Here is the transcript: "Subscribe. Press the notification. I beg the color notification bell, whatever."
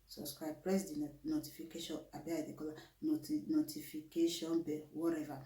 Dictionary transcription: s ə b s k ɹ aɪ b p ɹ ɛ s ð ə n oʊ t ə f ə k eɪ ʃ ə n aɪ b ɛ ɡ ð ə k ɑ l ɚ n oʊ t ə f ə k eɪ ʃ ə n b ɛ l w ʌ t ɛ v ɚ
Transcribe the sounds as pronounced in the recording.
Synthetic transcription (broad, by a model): s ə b s k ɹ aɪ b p ɹ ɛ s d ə n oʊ t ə f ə k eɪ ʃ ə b aɪ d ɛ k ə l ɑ n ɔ n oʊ t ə f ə k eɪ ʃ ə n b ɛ w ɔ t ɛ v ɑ